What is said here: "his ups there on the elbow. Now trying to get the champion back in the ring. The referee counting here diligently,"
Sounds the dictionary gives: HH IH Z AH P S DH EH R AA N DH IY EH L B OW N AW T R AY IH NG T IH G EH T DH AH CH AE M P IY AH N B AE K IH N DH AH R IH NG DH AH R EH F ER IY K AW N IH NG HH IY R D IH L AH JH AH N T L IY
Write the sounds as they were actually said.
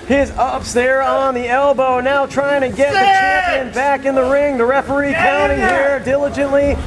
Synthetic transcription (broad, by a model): HH IH Z AH P S DH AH R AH N DH IY EH L B OW N AW T R AY IH NG T IH G EH T DH AH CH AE P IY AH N B AE K IH N DH AH R IH NG DH AH R EH F ER IY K AW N IH NG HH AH R D IH L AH JH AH N T L IY